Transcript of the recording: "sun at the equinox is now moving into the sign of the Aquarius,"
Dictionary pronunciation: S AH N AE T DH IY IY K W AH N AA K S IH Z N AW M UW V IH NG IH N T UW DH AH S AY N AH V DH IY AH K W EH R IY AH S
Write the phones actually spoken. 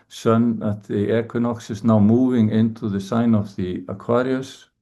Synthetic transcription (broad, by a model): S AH N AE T DH IY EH K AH N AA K S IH S N AW M UW V IH NG IH N T UW DH AH S AY N AH V DH IY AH K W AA R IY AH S